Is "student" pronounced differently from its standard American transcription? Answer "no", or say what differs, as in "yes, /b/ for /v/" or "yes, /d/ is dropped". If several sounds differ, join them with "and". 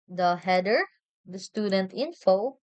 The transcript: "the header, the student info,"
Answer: no